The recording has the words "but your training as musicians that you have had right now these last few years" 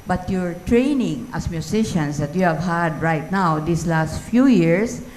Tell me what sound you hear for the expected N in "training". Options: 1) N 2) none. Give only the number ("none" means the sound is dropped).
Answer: 1